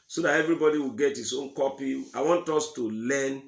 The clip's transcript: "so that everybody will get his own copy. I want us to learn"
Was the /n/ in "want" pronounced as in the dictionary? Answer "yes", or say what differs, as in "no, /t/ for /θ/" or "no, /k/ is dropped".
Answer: yes